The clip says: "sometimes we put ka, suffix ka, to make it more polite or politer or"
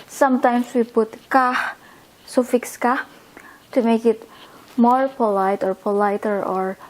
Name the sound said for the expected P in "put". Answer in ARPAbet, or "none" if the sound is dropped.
B